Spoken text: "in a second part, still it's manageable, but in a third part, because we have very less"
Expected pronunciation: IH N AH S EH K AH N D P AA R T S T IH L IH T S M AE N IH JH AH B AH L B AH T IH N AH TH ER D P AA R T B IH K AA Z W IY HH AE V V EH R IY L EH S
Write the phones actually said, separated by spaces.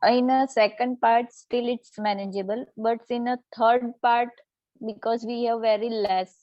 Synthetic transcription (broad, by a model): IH N AH S EH K AH N D P AA R T S T IH L IH T S M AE N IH JH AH B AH L B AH T IH N AH T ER D P AA R T B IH K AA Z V IY HH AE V V EH R IY L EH S